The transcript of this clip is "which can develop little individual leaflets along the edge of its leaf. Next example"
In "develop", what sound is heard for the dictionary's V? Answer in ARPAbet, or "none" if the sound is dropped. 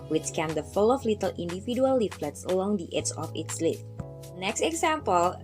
F